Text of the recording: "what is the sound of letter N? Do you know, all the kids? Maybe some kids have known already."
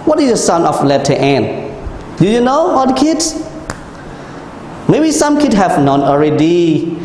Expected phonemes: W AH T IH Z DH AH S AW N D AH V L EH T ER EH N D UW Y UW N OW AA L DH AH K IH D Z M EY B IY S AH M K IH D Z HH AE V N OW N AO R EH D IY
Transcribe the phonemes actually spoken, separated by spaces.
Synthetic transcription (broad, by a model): W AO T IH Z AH S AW N AH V L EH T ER EH N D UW Y UW N OW AA L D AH K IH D S M EY B IY S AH M K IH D HH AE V N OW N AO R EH D IY